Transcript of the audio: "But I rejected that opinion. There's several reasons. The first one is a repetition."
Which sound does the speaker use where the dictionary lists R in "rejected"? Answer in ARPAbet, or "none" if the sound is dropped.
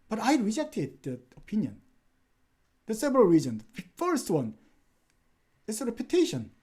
R